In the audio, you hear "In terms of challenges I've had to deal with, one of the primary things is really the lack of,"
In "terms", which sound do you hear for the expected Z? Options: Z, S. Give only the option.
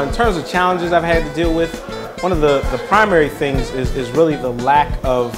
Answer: Z